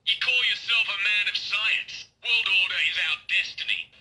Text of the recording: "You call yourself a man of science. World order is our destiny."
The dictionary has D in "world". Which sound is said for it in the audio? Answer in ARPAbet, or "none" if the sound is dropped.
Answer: D